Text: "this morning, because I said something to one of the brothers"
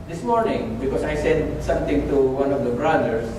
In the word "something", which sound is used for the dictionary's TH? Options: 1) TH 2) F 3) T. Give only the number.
3